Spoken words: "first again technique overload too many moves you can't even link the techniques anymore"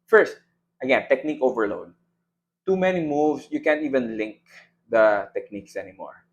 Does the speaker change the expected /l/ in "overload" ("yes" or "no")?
no